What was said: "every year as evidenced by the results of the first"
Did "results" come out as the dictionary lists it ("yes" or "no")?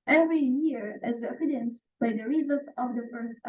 yes